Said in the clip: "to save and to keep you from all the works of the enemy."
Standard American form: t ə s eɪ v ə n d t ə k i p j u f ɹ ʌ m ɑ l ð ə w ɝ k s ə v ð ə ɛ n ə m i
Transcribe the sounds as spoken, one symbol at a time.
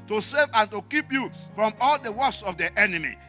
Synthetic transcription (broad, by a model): t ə s eɪ v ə n t ə k i p j u f ɹ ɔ m ɑ l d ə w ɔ s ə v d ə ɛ n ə m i